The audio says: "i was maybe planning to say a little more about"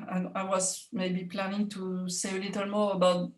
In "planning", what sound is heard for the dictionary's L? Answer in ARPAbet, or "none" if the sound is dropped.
L